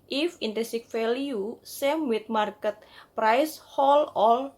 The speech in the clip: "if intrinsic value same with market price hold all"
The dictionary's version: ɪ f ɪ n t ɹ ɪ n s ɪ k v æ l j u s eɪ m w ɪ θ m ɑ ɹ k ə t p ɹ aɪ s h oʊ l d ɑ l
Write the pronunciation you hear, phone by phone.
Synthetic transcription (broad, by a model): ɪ f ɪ n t ɛ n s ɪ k f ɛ l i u s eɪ m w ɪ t m ɑ ɹ k ə t p ɹ aɪ s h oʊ l ɑ l